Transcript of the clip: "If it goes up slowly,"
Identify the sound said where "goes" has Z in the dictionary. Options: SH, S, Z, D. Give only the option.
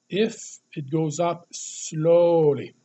Z